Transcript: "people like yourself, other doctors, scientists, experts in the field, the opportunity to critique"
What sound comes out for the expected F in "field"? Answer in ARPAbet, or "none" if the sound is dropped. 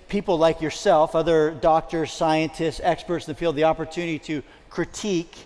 P